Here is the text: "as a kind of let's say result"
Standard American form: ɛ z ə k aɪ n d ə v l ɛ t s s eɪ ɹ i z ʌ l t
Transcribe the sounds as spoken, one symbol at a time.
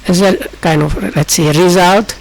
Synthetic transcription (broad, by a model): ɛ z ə k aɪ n ə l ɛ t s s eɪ ɹ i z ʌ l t